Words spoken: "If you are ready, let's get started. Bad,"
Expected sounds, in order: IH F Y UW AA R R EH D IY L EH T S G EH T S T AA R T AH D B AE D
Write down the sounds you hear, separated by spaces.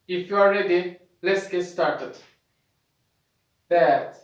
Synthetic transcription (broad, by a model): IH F Y UW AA L R EH D IY L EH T S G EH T S T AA R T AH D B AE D